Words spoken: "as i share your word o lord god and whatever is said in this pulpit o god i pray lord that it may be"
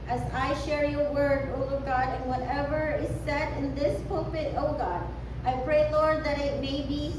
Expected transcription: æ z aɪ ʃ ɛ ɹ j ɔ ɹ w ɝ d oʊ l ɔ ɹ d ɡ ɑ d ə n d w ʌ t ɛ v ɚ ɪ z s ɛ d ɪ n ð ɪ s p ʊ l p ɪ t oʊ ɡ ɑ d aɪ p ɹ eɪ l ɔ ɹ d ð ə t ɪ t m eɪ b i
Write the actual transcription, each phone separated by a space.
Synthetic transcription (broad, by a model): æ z aɪ ʃ ɛ ɹ j ɔ ɹ w ɝ d oʊ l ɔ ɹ ɡ ɑ d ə n w ʌ t ɛ v ɚ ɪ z s ɛ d ɪ n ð ɪ s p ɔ p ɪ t oʊ ɡ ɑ d aɪ p ɹ eɪ l ɔ ɹ d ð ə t ɪ t m eɪ b i